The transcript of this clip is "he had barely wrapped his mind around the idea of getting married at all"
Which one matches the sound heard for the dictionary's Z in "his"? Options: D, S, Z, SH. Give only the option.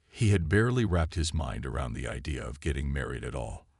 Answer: Z